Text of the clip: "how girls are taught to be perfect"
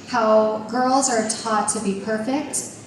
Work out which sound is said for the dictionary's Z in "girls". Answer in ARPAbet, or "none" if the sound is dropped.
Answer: Z